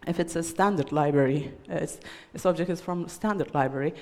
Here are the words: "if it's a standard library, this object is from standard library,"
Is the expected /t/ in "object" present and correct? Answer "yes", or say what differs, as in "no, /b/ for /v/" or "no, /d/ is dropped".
yes